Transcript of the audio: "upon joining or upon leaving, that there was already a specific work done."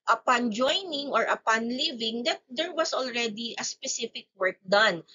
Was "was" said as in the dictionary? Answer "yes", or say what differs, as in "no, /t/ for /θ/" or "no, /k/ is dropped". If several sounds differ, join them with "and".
no, /s/ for /z/